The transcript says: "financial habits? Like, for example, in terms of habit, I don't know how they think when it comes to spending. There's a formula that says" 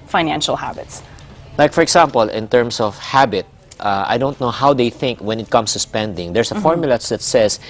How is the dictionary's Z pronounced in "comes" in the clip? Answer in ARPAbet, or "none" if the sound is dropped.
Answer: S